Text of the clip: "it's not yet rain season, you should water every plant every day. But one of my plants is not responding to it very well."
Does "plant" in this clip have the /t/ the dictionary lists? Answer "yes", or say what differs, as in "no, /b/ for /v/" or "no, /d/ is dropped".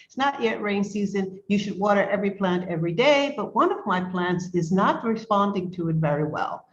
yes